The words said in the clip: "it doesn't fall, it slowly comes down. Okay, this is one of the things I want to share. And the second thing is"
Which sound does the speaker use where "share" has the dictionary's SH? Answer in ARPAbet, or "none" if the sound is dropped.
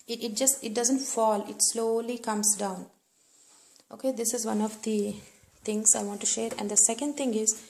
SH